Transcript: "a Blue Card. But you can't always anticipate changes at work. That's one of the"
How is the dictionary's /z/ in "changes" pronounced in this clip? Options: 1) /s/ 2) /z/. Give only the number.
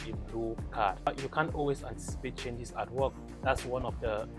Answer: 1